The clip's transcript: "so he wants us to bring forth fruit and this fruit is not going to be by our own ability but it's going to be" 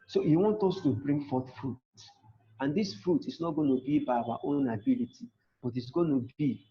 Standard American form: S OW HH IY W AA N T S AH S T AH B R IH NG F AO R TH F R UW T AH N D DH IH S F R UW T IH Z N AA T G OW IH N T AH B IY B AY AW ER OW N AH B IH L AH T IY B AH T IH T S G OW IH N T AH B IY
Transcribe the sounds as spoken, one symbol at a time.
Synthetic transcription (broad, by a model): S OW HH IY W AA N T AO S T AH B R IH NG F AO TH F R UW T AH N D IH S F R UW T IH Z N AA T G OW N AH B IY B AY AW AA OW N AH B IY L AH T IY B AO T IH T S G OW N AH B IY